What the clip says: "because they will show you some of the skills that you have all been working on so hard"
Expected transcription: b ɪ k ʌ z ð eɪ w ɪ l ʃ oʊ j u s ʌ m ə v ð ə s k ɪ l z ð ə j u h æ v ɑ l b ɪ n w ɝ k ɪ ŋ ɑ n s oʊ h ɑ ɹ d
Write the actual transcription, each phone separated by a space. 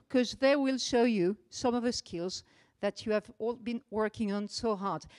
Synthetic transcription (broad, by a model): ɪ k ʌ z ð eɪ w ɪ l ʃ oʊ j u s ʌ m ə v ð ə s k ɪ l z ð ə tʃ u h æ v ɑ l b ɪ n w ɝ k ɪ ŋ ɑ n s oʊ h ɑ ɹ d